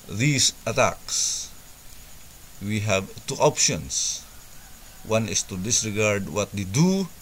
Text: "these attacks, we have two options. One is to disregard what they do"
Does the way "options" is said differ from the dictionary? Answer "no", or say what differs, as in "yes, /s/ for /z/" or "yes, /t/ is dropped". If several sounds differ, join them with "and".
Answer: yes, /s/ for /z/